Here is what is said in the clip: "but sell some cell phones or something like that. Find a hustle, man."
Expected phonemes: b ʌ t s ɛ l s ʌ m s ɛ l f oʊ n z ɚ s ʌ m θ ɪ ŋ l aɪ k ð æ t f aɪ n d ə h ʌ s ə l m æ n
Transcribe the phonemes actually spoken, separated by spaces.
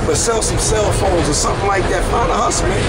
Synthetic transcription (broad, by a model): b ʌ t s ɛ l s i s ɛ l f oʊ l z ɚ s ʌ m θ ɪ ŋ l aɪ k ð æ t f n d ə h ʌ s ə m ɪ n